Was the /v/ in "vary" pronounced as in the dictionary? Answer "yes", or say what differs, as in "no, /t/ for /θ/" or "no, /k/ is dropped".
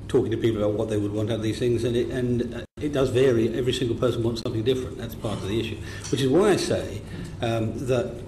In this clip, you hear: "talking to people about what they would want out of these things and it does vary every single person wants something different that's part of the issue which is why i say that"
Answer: yes